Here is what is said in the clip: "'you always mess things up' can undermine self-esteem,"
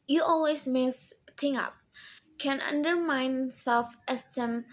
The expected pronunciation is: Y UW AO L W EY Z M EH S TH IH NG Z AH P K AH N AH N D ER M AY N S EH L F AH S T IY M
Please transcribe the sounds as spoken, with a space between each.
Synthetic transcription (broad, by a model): Y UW AO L W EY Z M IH S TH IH NG AH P K AH N AH N D ER M AY N S EH L F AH S T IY M